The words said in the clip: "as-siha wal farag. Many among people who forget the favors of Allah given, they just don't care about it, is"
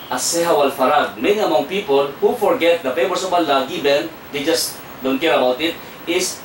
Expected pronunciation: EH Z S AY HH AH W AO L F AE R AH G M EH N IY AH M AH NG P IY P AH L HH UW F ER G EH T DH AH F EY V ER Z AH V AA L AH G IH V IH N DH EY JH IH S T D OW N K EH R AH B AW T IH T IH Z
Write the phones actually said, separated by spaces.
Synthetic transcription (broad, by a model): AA S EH HH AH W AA L F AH R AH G M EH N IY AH M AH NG P IY P AH L HH UW F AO G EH T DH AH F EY W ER S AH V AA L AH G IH B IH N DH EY JH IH S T D OW N K EH R AH B AW T IH T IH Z